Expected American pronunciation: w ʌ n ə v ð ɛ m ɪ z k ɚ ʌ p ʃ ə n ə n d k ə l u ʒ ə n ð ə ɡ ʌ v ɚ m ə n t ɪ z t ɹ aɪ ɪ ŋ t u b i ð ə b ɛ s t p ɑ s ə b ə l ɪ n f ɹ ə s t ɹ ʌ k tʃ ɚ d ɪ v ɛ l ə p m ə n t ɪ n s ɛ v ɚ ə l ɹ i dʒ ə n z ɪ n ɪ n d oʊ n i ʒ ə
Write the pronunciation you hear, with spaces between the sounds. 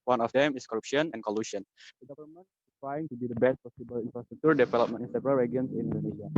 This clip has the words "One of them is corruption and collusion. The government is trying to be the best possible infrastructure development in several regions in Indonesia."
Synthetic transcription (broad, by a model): w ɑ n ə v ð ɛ m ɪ s k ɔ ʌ p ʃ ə n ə n k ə l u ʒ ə n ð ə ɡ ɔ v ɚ m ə n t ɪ s t ɹ aɪ ɪ ŋ t u b i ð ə b ɛ s t p ɑ s ə b ə l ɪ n f ɹ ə s t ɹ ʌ k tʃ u d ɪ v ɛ l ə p m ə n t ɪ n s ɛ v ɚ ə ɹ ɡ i ə n s ɪ n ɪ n d oʊ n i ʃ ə